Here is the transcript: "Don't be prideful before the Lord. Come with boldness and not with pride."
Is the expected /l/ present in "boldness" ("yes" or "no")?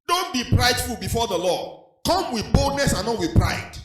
yes